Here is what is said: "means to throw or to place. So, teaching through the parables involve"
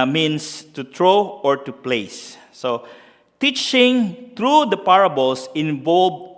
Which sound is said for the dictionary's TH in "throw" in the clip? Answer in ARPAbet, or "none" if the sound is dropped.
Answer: T